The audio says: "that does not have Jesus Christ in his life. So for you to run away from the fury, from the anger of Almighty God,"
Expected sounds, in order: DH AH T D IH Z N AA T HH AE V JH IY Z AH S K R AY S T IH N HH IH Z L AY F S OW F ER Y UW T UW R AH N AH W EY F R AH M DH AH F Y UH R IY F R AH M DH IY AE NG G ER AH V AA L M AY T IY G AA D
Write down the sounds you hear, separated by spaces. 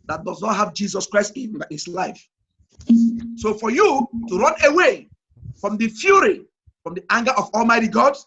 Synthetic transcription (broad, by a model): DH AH T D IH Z N AA T HH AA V JH IY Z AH S K R AY S T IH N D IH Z L AY F S OW F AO Y UW T UW R AH N AH W EY F R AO M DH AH F Y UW R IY F R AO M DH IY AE NG G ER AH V AA L M AY T IY G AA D